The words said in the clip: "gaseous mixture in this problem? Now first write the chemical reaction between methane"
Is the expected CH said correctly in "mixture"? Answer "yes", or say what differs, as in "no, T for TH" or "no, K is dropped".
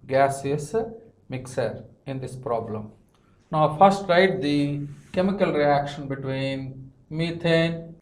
no, CH is dropped